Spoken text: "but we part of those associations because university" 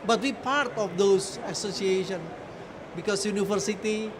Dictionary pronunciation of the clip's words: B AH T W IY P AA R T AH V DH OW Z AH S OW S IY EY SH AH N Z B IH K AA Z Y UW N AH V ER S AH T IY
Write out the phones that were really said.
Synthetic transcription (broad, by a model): B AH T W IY P AA R T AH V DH OW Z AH S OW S IY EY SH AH N B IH K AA S Y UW N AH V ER S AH T IY